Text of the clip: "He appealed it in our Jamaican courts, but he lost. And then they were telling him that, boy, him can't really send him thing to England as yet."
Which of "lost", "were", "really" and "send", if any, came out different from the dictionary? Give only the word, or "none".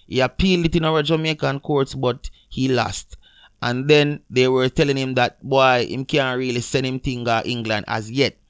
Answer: send